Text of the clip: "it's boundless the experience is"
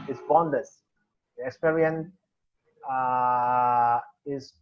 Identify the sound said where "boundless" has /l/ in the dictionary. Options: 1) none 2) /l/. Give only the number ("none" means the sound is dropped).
1